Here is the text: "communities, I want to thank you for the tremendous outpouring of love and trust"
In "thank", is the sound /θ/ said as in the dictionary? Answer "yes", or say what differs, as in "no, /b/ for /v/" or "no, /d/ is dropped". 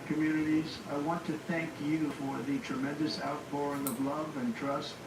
yes